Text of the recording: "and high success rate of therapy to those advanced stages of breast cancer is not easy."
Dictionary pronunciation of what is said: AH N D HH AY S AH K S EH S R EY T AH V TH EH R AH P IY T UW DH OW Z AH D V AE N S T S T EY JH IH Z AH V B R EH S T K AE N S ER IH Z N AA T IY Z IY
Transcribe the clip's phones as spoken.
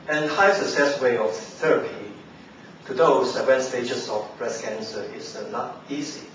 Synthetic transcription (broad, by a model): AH N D HH AY S AH K S EH S W EY AH F TH EH R AH P IY T UW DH OW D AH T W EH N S S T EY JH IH S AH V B R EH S K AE N S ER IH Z N AA T IY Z IY